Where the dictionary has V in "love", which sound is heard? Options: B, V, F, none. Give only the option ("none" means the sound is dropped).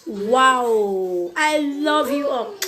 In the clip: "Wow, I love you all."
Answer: V